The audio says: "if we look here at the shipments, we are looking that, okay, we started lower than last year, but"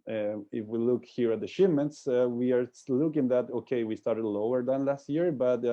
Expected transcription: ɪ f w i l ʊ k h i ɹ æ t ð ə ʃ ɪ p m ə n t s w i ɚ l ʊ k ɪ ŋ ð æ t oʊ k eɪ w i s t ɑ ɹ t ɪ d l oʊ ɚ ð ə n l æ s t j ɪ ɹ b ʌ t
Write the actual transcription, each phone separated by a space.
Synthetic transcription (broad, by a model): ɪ f w i l ʊ k h i ɹ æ t ð ə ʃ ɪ m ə n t s w i ɚ l ʊ k ɪ ŋ ð æ t oʊ k eɪ w i s t ɑ ɹ t ɪ d l oʊ ɚ ð ə n l æ s t j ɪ ɹ b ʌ t